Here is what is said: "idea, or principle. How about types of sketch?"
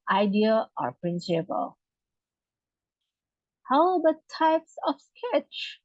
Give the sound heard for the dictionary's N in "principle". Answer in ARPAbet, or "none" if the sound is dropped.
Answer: N